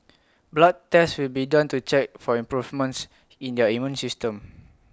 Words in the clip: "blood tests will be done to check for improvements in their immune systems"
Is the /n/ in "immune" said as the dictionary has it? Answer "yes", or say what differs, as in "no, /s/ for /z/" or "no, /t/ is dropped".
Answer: yes